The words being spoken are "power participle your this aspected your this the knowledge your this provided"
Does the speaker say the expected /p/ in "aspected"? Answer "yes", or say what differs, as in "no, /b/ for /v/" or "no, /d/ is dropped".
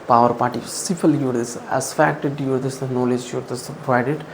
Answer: no, /f/ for /p/